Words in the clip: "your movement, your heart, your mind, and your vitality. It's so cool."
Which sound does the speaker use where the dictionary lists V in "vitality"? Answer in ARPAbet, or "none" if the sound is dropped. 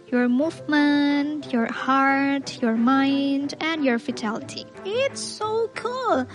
F